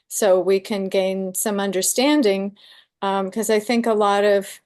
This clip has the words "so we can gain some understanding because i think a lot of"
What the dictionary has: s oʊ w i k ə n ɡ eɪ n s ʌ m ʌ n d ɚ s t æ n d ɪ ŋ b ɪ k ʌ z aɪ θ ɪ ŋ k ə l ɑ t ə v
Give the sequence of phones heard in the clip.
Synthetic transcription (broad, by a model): s oʊ w i k ə n ɡ eɪ n s ʌ m ʌ n d ɚ s t æ n d ɪ ŋ k ʌ z aɪ θ ɪ ŋ k ə l ɑ t ə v